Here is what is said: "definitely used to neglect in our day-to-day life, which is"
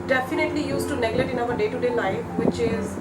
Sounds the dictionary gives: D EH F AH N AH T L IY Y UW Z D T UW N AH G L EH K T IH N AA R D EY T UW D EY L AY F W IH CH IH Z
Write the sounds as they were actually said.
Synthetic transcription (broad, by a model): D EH F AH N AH T L IY Y UW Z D T UW N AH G L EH T IH N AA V D EY T UW D EY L AY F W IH CH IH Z